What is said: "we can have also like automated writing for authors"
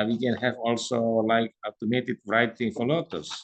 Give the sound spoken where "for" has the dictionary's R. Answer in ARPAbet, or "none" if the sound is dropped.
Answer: L